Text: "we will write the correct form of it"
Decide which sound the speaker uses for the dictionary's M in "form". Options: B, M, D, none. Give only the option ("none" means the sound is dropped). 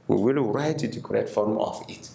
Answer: M